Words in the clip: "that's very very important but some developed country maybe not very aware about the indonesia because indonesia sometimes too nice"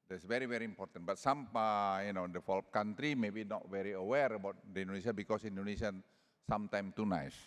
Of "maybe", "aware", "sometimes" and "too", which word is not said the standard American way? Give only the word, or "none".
sometimes